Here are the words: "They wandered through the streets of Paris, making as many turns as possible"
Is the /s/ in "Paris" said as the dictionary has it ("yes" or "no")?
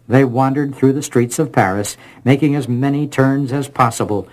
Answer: yes